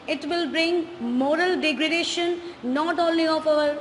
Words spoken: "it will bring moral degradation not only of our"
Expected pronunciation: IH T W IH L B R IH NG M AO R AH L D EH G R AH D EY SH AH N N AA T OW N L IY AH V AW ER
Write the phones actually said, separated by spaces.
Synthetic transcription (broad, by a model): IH T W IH L B R IH NG M AO R AH L D EH G R AH D EY SH AH N N AA T OW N L IY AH P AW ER